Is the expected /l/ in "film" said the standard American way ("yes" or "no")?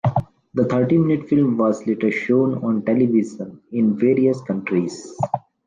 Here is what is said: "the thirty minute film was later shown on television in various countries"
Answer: yes